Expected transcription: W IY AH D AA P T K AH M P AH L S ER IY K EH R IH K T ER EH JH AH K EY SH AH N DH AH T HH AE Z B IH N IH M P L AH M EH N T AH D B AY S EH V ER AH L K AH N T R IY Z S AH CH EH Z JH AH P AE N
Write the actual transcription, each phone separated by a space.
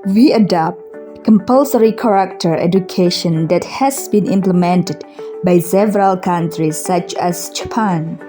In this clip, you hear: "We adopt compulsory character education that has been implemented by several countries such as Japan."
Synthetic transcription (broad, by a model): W IY AH D AA P T K AH M P AH L S ER IY K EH R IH K T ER EH JH AH K EY SH AH N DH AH T HH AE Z B IH N IH M P L AH M EH N T AH D B AY S EH V ER AH L K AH N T R IY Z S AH CH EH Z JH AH P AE N